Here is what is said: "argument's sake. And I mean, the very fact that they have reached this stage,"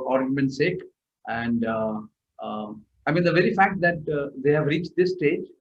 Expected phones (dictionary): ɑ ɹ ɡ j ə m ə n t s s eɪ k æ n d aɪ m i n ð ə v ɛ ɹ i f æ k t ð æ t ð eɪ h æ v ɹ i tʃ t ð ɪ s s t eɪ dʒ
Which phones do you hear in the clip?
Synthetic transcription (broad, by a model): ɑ ɹ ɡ j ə m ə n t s s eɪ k æ n d aɪ m i n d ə v ɛ ɹ i f æ k t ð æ t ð eɪ h æ v ɹ i tʃ t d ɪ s s t eɪ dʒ